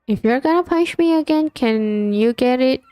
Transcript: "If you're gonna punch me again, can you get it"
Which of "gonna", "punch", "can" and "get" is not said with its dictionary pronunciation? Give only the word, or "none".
punch